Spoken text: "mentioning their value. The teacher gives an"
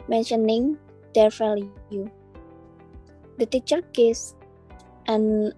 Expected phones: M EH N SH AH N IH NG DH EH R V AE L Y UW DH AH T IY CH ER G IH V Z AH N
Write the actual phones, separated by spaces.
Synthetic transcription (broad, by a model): M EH N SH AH N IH NG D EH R F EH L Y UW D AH T IY CH ER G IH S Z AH N